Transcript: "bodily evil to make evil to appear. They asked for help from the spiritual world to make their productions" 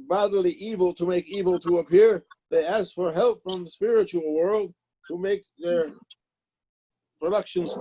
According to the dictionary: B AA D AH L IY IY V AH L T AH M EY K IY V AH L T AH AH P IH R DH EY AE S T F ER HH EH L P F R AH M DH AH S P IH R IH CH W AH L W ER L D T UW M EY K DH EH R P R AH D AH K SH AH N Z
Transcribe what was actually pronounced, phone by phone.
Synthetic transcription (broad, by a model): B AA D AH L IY IY V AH L T AH M EY K IY V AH L T AH AH P IH R DH EY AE S F ER HH EH L P F R AH M DH AH S P IH R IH CH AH L W ER L D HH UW M EY K DH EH R P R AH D AH K SH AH N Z